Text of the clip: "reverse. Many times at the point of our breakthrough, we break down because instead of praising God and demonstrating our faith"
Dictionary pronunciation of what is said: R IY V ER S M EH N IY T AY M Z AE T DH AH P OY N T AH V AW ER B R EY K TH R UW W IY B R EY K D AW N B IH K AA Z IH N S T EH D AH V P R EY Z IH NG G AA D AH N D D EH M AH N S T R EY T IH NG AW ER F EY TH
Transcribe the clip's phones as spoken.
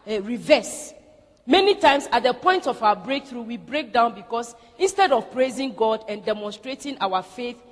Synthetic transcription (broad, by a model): R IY V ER S M EH N IY T AY M S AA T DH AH P OY N T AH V AW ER B R EY K TH R UW W IY B R EY K D AW N B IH K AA S IH N S T EH D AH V P R EY Z IH NG G AA D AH N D D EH M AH N S T R EY T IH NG AW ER F EY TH